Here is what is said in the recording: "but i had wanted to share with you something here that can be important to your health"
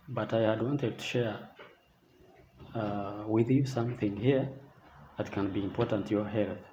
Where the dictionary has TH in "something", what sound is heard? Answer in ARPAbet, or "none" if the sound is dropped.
TH